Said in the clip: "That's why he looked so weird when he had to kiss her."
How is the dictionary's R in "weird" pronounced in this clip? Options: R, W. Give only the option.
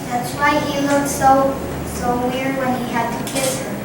R